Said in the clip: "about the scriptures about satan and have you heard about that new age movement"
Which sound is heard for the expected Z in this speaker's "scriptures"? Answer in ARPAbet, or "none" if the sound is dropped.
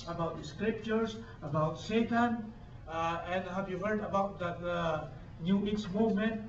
S